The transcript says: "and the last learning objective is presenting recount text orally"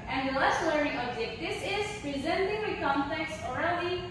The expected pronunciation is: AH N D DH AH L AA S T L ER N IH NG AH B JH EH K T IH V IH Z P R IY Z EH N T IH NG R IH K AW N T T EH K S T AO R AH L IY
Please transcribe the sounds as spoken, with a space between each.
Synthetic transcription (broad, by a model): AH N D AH L AA S T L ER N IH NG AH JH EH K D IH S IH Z P R IY Z EH N T IH NG W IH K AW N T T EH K S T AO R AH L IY